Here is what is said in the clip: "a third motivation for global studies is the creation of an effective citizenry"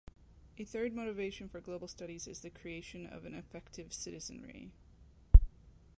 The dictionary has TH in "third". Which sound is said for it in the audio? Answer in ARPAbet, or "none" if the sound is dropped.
TH